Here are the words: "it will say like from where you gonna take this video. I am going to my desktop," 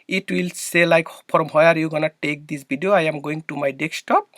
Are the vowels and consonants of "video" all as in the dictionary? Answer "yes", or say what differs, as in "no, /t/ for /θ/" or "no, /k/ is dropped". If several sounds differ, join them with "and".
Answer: no, /b/ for /v/